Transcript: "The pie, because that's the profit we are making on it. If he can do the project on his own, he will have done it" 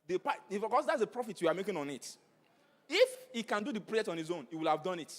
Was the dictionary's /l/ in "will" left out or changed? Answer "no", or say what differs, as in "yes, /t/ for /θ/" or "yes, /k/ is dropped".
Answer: no